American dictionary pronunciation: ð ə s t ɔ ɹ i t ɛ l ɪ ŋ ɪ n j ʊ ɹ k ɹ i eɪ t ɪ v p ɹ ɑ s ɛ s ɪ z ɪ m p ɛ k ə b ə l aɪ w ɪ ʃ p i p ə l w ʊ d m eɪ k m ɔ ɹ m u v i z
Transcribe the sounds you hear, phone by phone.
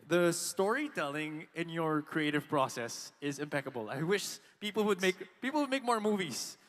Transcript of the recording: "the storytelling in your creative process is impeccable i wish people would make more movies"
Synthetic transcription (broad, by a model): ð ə s t ɔ ɹ i t ɛ l ɪ ŋ ɪ n j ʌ ɹ k ɹ i eɪ t ɪ v p ɹ ɑ s ɛ s ɪ z ɪ m p ɛ k ə b ə l aɪ w ɪ ʃ p i p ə l w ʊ d m eɪ k m ɔ ɹ m u v i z